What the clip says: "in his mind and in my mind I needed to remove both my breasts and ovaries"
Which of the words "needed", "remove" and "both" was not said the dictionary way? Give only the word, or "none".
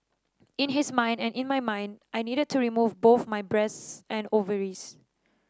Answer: none